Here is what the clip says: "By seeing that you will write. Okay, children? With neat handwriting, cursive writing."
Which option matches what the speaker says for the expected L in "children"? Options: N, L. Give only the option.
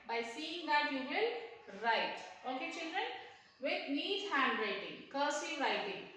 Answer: L